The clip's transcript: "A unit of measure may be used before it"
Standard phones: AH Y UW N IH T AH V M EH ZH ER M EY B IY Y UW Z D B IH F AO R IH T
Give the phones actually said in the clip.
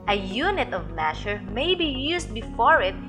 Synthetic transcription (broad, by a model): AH Y UW N IH T AH V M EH SH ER M EY B IY Y UW S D B IH F AO R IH T